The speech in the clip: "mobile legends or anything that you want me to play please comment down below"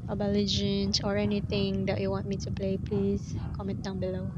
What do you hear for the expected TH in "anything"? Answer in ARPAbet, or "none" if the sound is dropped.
T